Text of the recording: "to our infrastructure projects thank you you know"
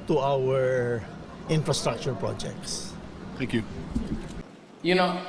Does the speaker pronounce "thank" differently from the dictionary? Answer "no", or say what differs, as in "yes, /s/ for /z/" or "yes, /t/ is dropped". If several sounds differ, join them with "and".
yes, /t/ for /θ/